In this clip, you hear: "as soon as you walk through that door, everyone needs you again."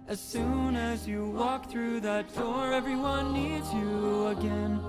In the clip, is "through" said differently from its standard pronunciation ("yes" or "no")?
no